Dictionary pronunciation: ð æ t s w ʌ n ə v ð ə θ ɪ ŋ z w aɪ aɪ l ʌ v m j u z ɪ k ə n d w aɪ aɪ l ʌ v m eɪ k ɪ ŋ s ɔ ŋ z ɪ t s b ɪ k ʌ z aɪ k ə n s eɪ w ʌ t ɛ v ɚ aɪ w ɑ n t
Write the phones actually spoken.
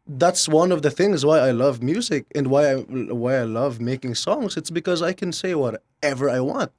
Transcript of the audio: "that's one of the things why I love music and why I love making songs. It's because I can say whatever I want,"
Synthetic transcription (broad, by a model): ð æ t s w ʌ n ə v ð ə θ ɪ ŋ z w aɪ aɪ l ʌ v m j u z ɪ k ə n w w aɪ aɪ l ʌ v m eɪ k ɪ ŋ s ɔ ŋ z ɪ t s b ɪ k ʌ z aɪ k ə n s eɪ w ʌ t ɛ v ɚ aɪ w ɑ n t